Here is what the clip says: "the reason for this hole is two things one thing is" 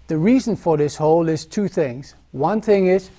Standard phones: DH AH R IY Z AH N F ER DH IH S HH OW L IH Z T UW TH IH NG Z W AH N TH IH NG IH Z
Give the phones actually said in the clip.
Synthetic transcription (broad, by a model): DH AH R IY Z AH N F ER DH IH S HH OW L IH Z T UW TH IH NG Z W AH N TH IH NG IH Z